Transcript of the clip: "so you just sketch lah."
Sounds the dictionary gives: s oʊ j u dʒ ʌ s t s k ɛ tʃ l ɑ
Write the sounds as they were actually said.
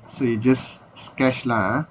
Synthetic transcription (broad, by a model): s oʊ j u dʒ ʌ s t s k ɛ ʃ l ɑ